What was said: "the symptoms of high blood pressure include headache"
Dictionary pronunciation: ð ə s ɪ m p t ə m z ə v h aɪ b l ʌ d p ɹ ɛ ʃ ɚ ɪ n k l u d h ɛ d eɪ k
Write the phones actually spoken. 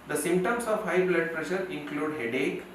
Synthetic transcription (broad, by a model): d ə s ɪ m p t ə m s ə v h aɪ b l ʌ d p ɹ ɛ ʃ ɚ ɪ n k l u d h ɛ d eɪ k